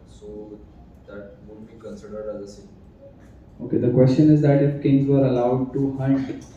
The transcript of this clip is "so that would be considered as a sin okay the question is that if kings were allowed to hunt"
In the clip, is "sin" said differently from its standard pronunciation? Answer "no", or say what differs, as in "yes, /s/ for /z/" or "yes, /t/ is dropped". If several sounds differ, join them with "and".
yes, /n/ is dropped